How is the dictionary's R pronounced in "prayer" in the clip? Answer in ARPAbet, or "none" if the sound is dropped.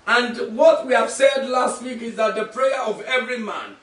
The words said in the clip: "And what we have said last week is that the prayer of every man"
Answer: R